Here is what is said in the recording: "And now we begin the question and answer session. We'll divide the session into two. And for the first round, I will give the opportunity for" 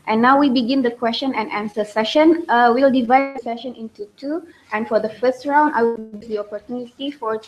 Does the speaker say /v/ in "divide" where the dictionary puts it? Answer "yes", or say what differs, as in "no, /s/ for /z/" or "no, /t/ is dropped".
yes